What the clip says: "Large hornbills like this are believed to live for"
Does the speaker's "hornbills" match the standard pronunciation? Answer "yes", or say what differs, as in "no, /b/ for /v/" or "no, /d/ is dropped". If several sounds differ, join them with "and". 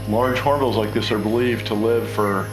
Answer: no, /n/ is dropped